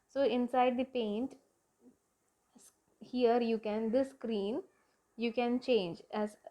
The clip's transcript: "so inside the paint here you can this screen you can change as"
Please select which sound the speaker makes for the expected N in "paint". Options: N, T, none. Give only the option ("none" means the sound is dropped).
N